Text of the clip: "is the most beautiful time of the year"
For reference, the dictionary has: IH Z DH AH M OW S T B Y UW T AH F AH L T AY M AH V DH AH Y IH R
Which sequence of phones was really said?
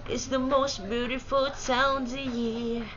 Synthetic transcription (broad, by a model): IH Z DH AH M OW S T B Y UW T AH F AH L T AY AH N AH Y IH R